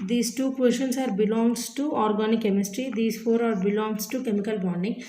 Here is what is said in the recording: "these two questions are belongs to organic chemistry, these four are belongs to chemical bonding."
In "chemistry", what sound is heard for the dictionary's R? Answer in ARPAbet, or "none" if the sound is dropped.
R